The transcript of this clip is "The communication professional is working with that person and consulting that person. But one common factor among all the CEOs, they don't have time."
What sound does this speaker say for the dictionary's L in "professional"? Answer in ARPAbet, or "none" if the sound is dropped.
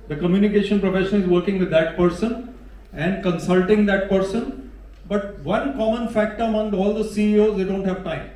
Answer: N